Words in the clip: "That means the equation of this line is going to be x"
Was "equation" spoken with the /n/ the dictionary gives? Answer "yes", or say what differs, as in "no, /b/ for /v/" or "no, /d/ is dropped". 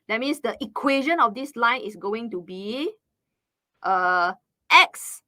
yes